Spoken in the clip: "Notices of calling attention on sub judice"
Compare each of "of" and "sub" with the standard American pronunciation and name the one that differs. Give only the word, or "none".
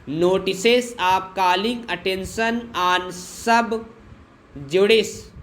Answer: of